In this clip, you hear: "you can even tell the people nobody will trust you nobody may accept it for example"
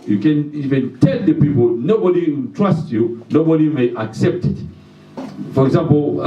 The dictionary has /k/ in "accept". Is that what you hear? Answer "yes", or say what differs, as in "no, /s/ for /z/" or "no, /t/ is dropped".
yes